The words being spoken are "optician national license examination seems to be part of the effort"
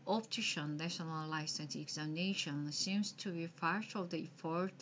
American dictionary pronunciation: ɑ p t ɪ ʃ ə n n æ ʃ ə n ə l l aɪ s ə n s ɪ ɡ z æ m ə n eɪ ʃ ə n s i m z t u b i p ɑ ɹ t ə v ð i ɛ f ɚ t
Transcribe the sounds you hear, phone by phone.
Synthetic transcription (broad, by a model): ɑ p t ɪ ʃ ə n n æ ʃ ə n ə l l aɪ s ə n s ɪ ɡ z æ m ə n eɪ ʃ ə n s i m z t u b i f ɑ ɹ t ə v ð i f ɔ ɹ